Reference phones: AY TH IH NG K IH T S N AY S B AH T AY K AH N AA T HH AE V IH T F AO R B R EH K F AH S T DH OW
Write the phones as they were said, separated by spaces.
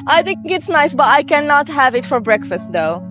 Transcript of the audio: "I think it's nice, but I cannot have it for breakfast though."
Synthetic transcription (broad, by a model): AY TH IH NG K IH T S N AY S B AH T AY K AH N AA T HH AE V IH T F AO R B R EH K F AH S T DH OW